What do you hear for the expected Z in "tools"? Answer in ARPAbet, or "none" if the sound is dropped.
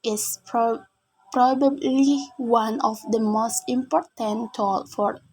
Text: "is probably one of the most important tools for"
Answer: none